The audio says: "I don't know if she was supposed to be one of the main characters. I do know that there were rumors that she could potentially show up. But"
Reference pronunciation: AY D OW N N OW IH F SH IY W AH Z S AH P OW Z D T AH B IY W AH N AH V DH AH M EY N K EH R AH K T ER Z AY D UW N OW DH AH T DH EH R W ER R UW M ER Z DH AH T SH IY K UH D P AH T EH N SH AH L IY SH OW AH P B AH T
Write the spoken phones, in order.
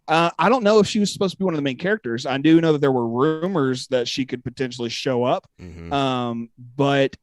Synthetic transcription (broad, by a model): AY D OW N N OW IH F SH IY W AH Z S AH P OW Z T AH B IY W AH N AH V DH AH M EY N K EH R AH K T ER Z AY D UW N OW DH AH T DH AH R W ER R UW M ER Z DH AH T SH IY K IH D P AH T EH N SH L IY SH OW AH P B AH T